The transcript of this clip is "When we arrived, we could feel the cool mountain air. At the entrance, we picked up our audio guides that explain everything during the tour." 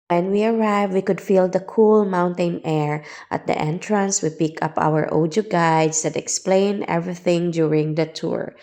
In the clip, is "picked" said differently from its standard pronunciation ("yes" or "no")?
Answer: yes